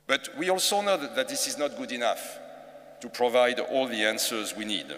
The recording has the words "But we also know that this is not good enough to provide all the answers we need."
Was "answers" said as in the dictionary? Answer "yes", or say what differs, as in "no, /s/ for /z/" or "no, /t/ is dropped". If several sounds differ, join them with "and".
yes